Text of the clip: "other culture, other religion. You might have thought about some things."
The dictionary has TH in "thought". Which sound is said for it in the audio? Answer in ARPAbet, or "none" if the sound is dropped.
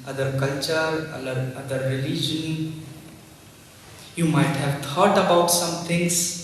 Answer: T